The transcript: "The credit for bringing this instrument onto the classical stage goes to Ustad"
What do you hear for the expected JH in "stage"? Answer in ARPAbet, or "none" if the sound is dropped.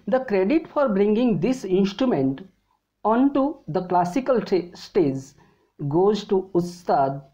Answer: Z